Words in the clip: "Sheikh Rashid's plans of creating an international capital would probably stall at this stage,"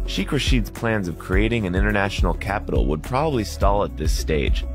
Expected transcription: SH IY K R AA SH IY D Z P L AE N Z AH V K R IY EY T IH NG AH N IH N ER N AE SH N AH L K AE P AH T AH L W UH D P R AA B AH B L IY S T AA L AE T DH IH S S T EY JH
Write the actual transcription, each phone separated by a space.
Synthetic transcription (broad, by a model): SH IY K R AA SH IY D Z P L AE N Z AH V K R IY EY T IH NG AH N IH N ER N AE SH N L K AE P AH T L W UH D P R AA B AH B L IY S T AA L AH T DH IH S S T EY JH